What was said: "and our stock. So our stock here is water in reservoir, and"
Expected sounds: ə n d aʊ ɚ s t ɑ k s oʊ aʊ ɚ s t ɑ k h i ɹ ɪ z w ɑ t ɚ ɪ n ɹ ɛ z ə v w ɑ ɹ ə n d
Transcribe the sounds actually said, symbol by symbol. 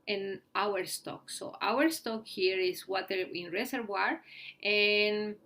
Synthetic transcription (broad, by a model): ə n aʊ ɚ s t ɑ k s oʊ aʊ ɚ s t ɑ k h i ɹ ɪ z w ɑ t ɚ ɪ n ɹ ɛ s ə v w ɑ ɹ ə n